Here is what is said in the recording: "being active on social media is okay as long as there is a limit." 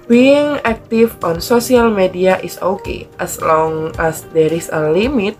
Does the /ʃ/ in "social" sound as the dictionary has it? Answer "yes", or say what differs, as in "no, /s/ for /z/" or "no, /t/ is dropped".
no, /s/ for /ʃ/